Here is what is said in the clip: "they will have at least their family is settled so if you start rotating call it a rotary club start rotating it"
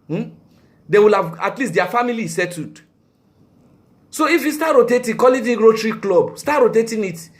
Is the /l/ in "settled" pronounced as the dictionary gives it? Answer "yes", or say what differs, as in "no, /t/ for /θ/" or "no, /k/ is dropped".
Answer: no, /l/ is dropped